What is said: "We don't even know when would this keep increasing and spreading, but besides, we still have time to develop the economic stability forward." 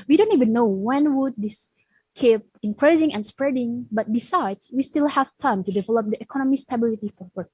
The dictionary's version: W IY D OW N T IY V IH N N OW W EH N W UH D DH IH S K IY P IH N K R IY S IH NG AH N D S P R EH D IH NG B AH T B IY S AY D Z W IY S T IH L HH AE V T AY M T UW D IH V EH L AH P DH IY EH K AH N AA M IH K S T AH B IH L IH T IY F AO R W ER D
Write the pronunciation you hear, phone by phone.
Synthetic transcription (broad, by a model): W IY D OW N T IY V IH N N OW W EH N W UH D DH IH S K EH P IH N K R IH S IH NG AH N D S P R EH D IH NG B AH T B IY S AY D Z W IY S T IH L HH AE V T AY M T UW D IH V EH L AH P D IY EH K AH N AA M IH S T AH B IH L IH T IY F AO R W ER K